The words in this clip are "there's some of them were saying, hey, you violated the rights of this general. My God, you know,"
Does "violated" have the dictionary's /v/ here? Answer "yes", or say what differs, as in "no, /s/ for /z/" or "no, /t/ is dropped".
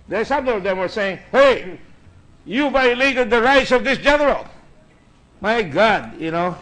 no, /b/ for /v/